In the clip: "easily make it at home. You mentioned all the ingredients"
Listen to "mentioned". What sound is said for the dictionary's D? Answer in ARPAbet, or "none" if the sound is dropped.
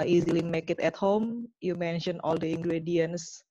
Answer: none